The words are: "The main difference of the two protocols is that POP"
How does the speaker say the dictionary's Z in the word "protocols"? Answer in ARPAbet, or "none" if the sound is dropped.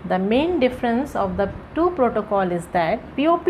none